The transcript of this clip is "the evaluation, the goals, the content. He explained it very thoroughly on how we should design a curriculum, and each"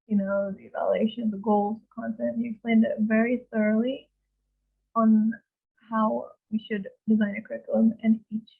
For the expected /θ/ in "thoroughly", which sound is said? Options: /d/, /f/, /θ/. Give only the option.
/θ/